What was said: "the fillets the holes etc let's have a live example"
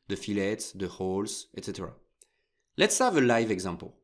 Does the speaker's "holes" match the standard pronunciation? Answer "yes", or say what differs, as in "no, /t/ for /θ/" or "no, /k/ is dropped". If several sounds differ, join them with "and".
no, /s/ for /z/